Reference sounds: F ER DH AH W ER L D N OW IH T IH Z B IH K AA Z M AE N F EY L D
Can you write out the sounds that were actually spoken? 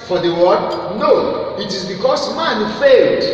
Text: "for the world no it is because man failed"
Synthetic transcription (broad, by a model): F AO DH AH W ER D N OW IH T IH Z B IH K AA S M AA N F EY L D